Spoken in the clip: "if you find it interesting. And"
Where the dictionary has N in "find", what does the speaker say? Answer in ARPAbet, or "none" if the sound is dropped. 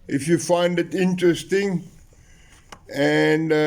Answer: N